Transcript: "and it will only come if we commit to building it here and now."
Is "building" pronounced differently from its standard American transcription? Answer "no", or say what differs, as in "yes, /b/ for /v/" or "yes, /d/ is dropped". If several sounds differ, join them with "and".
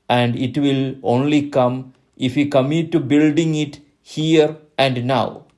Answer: no